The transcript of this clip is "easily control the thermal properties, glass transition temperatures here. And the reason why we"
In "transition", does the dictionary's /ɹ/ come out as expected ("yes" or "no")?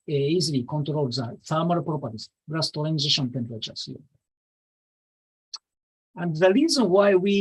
no